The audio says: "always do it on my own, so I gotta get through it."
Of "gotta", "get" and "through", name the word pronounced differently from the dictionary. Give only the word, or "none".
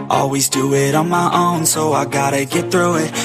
none